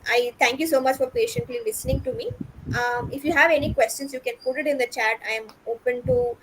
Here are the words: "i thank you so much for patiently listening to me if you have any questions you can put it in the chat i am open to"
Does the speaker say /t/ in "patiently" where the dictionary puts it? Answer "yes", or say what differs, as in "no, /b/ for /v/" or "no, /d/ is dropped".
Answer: yes